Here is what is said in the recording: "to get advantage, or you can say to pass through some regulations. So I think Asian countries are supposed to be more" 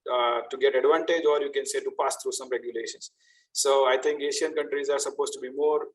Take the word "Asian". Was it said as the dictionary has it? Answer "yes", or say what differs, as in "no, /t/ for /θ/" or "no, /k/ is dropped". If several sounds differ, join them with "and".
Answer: no, /ʃ/ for /ʒ/